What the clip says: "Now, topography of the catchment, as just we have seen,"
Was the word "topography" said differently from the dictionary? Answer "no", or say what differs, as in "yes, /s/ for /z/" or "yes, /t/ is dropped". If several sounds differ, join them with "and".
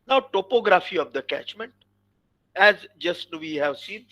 no